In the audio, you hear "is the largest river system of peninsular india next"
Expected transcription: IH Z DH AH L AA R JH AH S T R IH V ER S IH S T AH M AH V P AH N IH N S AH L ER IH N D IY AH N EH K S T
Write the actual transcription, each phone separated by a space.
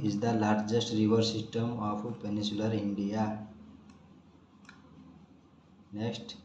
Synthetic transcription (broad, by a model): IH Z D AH L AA R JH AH S T R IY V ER S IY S T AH M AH P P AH N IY S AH L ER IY N D IY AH N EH K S T